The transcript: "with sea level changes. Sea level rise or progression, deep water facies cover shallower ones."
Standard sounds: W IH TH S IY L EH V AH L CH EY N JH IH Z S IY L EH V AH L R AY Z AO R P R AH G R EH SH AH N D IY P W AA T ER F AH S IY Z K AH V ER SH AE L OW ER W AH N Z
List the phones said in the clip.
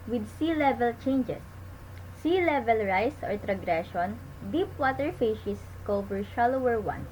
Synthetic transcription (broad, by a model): W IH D S IY L EH V AH L CH EY N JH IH S IY L EH V AH L R AY S AO R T R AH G R EH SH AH N D IY P W AA T ER F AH SH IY S K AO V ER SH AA L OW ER W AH N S